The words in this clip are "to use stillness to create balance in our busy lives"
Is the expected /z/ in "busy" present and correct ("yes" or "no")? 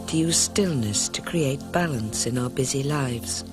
yes